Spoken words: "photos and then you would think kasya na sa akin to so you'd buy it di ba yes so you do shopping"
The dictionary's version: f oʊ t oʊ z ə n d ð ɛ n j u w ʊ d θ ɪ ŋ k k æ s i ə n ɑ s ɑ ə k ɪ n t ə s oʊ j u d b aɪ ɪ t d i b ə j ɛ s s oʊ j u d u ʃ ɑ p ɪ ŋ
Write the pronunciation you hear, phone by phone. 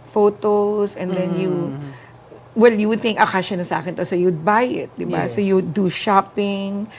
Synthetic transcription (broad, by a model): f oʊ t oʊ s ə n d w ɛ l j u w ʊ d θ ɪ ŋ k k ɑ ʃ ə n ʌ s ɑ ə k ɪ n t ə s oʊ j u d b aɪ ɪ t d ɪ b ə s s oʊ j u d u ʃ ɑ p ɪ ŋ